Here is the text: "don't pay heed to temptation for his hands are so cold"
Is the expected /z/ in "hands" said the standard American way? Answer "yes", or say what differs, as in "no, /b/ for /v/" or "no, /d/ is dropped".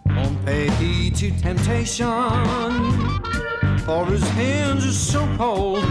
yes